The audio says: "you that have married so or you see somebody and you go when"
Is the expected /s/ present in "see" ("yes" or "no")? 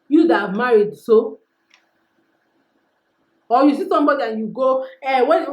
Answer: yes